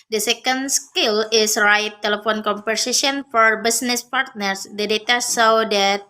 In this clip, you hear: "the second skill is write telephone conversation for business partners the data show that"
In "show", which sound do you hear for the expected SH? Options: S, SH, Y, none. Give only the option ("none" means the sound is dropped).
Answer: S